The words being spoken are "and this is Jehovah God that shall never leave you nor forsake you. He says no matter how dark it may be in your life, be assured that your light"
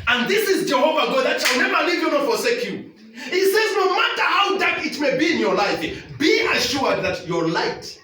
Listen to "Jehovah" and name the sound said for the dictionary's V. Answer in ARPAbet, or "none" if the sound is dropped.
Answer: V